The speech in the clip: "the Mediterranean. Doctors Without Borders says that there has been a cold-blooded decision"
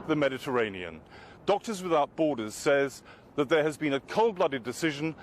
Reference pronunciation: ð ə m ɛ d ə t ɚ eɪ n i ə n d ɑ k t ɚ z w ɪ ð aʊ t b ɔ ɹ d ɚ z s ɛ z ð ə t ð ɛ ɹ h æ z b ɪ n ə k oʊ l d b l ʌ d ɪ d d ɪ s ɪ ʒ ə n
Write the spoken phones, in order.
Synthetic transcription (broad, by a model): ð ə m ɛ d ə t ɚ eɪ n i ə n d ɑ k t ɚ z w ɪ ð aʊ t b ɔ ɹ d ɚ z s ɛ z ð ə t ð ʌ ɹ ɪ z b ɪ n ə k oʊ l b l ʌ d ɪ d d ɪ s ɪ ʒ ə n